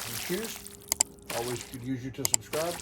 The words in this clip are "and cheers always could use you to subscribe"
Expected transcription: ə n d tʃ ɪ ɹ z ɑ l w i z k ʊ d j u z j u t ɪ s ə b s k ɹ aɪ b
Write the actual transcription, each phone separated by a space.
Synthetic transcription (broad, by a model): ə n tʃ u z ɑ l w i z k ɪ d j u z j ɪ t ɪ s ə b s k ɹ aɪ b